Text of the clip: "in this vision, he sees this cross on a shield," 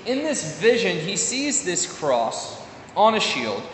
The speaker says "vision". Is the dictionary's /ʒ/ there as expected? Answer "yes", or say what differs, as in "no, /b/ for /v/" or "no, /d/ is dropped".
yes